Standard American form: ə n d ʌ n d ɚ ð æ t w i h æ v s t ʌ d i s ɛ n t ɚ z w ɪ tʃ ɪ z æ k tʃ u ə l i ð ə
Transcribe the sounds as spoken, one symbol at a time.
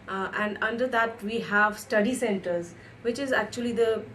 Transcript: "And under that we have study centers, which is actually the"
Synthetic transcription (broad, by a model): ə n d ʌ n d ɚ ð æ t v i h æ v s t ʌ d i s ɛ n t ɚ z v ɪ tʃ ɪ z æ k tʃ u ə l i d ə